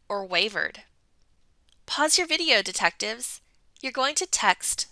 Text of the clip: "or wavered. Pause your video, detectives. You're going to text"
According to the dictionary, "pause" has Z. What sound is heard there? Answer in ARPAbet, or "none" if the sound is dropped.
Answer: Z